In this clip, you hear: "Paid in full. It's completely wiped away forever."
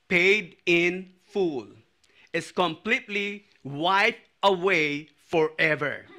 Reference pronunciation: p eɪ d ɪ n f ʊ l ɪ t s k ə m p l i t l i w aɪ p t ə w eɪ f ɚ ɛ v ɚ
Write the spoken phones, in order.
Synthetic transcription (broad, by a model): p eɪ d ɪ n f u l ɪ t s k ə m p l i t l i w aɪ t ə w eɪ f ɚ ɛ v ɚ